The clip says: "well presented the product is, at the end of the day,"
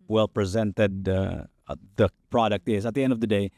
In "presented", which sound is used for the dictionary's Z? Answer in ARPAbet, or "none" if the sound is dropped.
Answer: Z